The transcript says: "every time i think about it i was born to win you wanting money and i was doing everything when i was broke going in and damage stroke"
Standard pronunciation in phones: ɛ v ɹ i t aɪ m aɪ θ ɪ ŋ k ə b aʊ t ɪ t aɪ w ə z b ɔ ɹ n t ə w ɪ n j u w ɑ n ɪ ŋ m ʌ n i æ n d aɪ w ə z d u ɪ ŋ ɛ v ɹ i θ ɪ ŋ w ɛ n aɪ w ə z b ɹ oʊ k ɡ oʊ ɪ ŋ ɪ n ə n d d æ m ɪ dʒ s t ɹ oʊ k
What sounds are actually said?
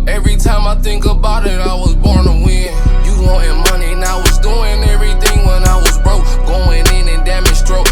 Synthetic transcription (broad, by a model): ɛ v ɹ i t aɪ m aɪ θ ɪ ŋ k ə b aʊ t ɪ t aɪ w ə z b ɔ ɹ n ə w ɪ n j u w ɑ ɪ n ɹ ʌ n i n aɪ w ə z d u ɪ ŋ ɛ v ɹ i θ ɪ ŋ w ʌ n aɪ w ə z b ɹ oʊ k ɡ oʊ ɪ ŋ ɪ n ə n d d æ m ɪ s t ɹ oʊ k